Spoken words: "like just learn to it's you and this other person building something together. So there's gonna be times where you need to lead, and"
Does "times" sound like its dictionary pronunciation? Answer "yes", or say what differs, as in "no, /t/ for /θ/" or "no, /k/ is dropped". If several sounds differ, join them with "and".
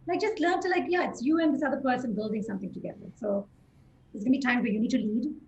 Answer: no, /z/ is dropped